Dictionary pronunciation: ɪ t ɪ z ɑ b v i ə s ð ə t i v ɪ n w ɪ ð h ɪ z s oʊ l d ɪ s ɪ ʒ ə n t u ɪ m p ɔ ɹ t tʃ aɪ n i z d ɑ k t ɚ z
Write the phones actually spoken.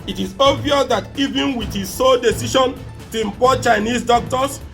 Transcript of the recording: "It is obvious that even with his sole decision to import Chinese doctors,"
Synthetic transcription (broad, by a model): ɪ t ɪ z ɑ v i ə s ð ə t i v ɪ n w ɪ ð h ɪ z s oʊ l d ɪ s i ʃ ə n t u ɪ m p ɔ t tʃ aɪ n i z d ɑ k t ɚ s